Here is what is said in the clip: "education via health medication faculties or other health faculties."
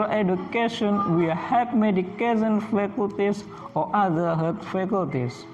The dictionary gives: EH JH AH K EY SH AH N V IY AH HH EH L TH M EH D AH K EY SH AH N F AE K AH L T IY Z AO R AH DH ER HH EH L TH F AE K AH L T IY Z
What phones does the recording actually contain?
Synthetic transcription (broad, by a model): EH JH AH K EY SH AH N W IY HH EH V M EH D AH K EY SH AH N F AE K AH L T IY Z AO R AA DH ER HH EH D F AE K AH L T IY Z